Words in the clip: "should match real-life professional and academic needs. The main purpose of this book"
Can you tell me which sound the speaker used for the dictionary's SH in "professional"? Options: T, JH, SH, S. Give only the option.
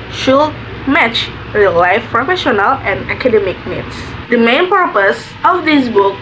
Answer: SH